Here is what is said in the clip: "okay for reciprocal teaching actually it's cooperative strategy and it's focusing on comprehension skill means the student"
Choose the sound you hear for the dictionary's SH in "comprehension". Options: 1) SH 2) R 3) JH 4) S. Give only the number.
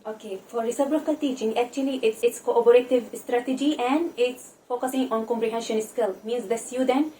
1